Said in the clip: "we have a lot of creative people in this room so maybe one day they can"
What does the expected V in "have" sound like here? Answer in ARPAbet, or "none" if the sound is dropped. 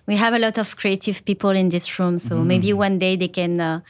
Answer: V